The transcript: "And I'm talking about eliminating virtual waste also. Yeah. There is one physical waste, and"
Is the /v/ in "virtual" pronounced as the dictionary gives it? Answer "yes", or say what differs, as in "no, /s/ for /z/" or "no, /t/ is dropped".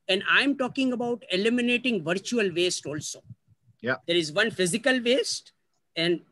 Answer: yes